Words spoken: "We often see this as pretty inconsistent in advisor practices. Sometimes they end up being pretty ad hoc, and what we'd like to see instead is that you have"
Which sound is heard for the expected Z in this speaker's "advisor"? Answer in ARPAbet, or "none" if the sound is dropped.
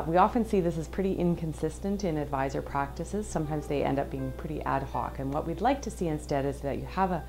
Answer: Z